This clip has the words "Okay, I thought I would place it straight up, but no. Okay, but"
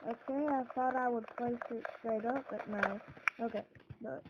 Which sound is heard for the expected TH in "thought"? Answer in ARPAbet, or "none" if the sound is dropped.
TH